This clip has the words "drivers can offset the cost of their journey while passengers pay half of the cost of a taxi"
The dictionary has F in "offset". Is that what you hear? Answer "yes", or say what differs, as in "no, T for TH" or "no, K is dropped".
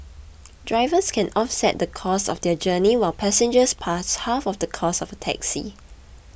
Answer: yes